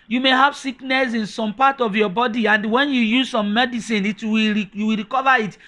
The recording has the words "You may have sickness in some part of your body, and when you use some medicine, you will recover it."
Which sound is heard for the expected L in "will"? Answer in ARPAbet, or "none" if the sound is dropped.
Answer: W